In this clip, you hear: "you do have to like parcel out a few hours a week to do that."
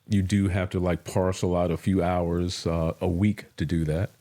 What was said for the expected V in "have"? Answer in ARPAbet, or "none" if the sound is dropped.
F